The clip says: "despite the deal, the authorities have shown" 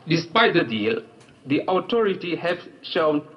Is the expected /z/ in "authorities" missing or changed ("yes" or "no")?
yes